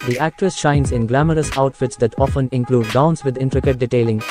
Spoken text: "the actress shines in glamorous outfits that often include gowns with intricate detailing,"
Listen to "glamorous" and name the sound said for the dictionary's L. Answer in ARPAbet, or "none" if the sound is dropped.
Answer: L